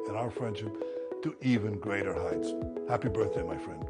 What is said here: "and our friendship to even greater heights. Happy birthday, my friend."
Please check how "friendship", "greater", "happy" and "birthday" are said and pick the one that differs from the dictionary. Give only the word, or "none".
none